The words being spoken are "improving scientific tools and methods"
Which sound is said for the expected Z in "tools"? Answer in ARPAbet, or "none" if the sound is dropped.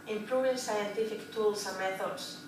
S